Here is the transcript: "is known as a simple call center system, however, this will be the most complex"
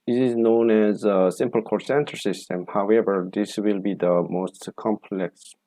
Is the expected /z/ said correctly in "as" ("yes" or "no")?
yes